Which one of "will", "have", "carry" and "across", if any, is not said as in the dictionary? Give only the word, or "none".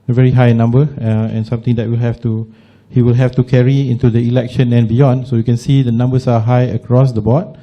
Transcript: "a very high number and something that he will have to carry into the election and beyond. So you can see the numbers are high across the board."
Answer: have